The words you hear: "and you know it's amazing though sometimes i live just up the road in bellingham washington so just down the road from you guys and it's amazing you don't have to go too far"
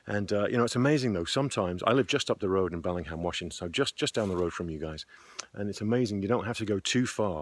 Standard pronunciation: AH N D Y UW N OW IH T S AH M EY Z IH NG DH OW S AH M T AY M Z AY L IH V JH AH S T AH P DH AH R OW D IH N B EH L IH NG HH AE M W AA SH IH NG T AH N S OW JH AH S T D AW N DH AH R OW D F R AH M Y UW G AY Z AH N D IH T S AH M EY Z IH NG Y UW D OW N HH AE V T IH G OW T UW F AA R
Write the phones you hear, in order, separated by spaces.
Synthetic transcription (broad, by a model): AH N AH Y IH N OW IH T S AH M EY Z IH NG DH OW S AH M T AY M Z AY L IH V JH AH S T AH P DH AH R OW D IH N B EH L IH NG HH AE M W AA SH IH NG S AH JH S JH AH S D AW N DH AH R OW D F R AH M Y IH G AY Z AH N IH T S AH M EY Z IH NG Y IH D OW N HH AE F T IH G OW T UW F AA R